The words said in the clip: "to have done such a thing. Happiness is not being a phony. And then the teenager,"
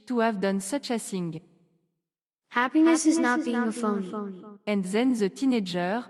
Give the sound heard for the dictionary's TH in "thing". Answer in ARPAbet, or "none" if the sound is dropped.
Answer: S